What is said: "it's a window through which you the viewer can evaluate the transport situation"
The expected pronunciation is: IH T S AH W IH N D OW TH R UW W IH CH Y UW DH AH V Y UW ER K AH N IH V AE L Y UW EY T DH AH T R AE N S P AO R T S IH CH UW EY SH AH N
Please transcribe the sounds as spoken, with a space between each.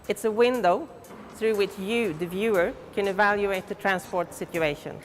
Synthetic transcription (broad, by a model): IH T S AH W IH N D OW TH R UW W IH CH Y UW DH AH V Y UW ER K AH N IH V AE L Y UW EY T DH AH T R AE N S P AO R T S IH CH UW EY SH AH N